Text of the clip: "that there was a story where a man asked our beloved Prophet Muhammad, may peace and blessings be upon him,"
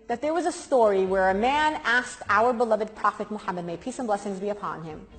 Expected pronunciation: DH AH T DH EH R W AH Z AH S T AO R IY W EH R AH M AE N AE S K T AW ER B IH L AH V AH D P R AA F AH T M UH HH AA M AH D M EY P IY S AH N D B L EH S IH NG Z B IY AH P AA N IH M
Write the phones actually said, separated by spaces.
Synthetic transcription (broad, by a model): DH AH T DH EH R W AH Z AH S T AO R IY W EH R AH M AE N AE S K T AW ER B IH L AH V AH D P R AA F AH T M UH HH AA M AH D M EY P IY S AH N B L EH S IH NG Z B IY AH P AA N IH M